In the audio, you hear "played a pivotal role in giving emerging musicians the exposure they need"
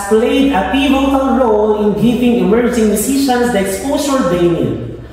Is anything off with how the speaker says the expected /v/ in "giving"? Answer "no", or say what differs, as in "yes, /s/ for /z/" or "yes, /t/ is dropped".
yes, /p/ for /v/